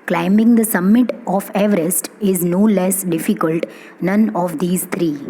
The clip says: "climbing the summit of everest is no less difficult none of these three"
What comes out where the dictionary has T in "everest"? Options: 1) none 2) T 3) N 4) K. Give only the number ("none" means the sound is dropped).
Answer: 2